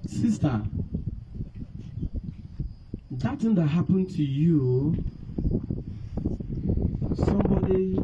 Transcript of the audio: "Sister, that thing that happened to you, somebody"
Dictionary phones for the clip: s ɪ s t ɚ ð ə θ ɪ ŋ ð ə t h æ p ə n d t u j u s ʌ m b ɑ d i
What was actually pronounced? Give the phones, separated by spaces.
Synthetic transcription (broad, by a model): s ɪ s t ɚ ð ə t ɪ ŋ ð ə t h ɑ p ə n t u j u s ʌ m b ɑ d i